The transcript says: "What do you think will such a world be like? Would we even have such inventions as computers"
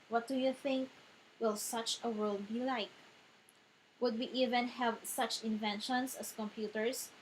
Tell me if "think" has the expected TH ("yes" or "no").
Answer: yes